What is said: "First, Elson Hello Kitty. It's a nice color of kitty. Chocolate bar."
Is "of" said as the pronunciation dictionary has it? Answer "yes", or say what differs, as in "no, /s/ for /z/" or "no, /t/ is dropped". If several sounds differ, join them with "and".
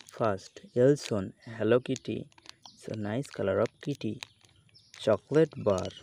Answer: no, /p/ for /v/